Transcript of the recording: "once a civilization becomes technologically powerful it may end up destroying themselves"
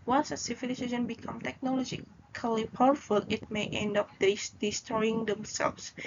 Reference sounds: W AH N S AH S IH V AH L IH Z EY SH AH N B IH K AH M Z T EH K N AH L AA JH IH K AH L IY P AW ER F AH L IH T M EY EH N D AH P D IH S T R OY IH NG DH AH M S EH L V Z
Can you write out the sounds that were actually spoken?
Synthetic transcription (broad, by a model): W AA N S AH S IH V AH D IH S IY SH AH N B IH K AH M T EH K N AH L AA JH IH K AH L IY P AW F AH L IH T M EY EH N D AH P D IH S T R OY IH NG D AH M S EH L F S